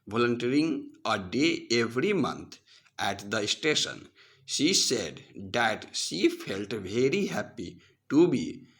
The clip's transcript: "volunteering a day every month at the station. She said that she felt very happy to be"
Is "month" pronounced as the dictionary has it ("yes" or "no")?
no